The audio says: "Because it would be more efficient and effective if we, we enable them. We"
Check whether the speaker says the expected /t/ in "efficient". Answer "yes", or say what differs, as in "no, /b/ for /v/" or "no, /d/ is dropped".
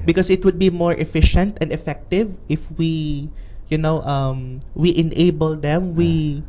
yes